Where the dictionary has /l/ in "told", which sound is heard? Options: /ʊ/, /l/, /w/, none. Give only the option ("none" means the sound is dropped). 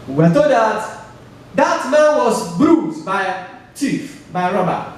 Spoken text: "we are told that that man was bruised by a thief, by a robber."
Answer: none